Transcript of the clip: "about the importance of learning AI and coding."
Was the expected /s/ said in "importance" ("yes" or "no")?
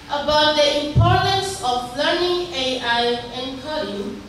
yes